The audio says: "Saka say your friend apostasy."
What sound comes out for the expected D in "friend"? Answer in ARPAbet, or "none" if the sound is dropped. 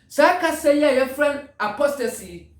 none